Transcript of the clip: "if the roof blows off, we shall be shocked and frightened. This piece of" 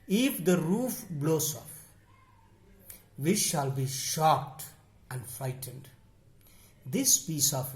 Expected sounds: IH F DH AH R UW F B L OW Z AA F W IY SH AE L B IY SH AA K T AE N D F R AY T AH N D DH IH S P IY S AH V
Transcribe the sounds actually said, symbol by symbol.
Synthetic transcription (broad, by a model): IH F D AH R UW F B L OW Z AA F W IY SH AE L B IY SH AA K T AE N D F R AY T AH N D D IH S P IY S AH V